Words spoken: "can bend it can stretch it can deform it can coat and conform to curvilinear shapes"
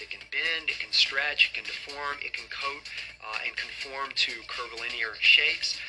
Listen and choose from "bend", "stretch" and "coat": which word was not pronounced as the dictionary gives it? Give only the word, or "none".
none